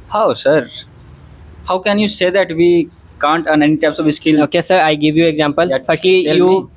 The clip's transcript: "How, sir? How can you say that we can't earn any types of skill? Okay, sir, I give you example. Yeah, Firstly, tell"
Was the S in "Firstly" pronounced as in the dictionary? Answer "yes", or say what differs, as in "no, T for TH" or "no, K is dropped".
no, S is dropped